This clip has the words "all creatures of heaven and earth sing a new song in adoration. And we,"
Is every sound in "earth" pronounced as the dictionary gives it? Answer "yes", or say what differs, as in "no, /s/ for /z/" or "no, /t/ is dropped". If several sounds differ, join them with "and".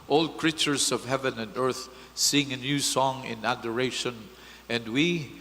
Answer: yes